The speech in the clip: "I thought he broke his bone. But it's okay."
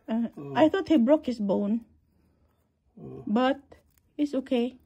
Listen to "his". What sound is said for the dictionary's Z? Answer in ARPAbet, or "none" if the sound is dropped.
S